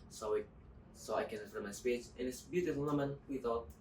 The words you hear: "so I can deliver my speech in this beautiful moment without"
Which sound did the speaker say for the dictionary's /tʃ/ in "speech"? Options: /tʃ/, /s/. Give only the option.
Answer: /s/